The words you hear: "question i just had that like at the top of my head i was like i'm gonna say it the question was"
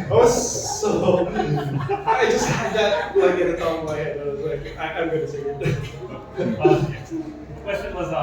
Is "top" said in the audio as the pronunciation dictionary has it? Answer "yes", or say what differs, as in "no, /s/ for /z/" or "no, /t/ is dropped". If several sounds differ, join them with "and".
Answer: no, /b/ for /p/